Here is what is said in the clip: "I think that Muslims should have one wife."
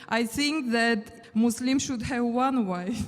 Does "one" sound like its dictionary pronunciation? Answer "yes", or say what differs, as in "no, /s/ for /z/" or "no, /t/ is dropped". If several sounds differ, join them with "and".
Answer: yes